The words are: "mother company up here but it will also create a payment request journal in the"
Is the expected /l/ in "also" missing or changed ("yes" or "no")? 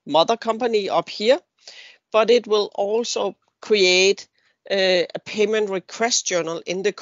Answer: no